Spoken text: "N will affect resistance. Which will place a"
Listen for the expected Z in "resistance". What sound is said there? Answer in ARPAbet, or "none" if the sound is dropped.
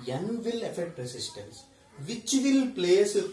S